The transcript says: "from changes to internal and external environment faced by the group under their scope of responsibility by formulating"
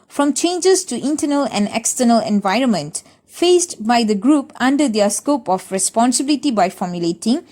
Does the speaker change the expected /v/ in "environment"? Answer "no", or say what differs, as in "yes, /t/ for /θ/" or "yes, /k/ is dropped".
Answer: no